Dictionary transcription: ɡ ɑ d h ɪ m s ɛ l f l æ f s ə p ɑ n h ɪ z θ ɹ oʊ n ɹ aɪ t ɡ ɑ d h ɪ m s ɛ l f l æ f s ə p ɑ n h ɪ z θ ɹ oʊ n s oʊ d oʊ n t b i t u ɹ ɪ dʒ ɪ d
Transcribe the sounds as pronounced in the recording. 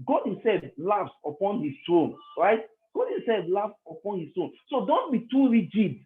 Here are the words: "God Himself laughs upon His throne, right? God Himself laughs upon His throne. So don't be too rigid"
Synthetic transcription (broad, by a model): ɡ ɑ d h ɪ m s ɛ l f l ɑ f s ə p ɑ n h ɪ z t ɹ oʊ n ɹ aɪ t ɡ ɑ d h ɪ m s ɛ l f l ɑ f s ə p ɑ n h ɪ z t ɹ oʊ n s oʊ d oʊ n t b i t u ɹ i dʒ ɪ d